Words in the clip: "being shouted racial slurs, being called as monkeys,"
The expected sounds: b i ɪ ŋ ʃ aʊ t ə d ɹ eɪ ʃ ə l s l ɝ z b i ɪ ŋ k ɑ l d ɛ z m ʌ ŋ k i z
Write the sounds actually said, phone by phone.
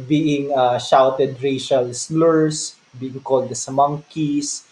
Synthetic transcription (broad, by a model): b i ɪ ŋ ʃ aʊ t ə d ɹ eɪ ʃ ə l s l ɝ s b i ɪ ŋ k ɑ l d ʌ s m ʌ ŋ k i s